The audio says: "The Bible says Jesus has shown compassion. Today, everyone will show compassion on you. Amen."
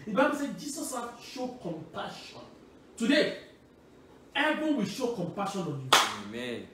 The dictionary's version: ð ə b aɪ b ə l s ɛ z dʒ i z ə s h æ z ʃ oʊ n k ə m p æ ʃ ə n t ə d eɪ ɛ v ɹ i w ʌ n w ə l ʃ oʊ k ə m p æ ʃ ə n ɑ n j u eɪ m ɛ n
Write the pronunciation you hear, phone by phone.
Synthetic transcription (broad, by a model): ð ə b aɪ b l s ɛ dʒ i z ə s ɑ ʃ oʊ k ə m p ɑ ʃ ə n t ə d eɪ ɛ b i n w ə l ʃ oʊ k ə m p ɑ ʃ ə n ɑ n j u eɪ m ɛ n